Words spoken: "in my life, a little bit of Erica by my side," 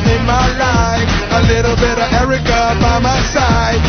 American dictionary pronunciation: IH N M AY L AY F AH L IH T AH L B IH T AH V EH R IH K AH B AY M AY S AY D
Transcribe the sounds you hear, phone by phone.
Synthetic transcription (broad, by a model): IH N M AY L AY AH L IH T L B IH T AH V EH R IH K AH B AY M AY S AY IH